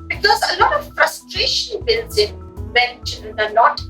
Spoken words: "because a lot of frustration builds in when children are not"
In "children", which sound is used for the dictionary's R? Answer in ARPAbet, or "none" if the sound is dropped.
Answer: none